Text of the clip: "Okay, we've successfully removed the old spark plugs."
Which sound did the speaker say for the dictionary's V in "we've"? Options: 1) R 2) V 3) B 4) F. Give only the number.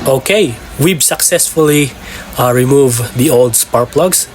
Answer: 3